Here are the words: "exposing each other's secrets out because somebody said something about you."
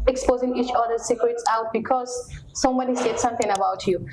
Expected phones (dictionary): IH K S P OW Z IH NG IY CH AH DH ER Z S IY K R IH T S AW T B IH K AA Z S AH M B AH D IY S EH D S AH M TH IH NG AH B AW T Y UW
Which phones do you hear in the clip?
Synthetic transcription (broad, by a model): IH K S P OW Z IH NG IY CH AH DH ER S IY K R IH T S AW T B IH K AA Z S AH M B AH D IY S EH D S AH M T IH NG AH B AW T Y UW